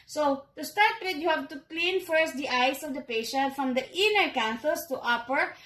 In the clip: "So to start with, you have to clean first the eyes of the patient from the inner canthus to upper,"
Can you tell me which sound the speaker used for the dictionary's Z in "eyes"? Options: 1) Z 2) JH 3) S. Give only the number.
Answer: 3